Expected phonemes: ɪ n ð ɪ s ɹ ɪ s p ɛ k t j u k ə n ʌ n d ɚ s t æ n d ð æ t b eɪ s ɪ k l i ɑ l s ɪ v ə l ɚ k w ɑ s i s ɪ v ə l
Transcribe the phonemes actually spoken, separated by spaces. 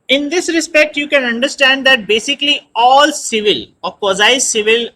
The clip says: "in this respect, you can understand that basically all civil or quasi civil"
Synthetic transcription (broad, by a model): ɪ n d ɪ s ɹ ɪ s p ɛ k t j u k ə n ʌ n d ɚ s t æ n d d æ t b eɪ s ɪ k l i ɑ l s ɪ v ə l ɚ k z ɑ i s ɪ v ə l